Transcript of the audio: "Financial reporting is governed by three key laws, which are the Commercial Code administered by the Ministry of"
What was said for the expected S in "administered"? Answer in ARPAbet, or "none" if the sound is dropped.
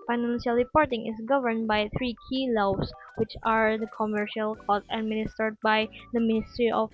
S